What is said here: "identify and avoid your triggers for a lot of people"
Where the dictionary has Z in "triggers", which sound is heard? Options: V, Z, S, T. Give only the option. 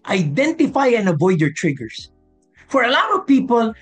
S